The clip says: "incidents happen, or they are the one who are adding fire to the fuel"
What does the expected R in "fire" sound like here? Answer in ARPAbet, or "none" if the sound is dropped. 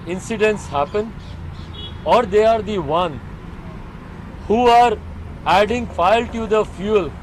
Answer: L